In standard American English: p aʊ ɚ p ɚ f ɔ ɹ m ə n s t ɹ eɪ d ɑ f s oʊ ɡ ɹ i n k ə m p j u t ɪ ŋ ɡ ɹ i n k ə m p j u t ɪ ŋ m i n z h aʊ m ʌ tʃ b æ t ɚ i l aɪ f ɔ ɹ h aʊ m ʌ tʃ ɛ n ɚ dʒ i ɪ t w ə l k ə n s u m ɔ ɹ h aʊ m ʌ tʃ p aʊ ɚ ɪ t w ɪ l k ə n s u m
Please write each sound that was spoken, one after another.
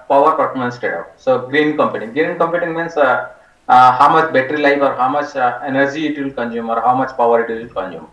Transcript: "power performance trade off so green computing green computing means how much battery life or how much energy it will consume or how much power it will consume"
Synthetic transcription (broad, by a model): p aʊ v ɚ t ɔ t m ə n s t eɪ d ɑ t s oʊ ɡ ɹ i n k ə m p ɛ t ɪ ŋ ɡ ɹ i n k ə m p j u t ɪ ŋ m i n s h aʊ m ʌ tʃ b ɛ t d i l aɪ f ɔ ɹ h aʊ m ʌ tʃ ɛ n ɚ dʒ i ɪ t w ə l k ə n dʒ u m ɔ ɹ h aʊ m ʌ tʃ p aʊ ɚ ɪ t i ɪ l k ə n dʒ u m